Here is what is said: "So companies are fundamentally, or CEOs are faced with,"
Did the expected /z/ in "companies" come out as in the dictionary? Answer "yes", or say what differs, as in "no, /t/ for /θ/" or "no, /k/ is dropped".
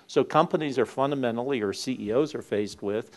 yes